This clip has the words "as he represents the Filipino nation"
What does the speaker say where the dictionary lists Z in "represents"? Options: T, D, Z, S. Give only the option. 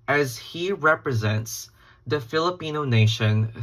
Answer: Z